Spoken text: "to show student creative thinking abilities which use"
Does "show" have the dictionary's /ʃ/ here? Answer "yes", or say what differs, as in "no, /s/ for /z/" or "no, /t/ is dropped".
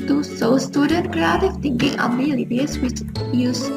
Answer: no, /s/ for /ʃ/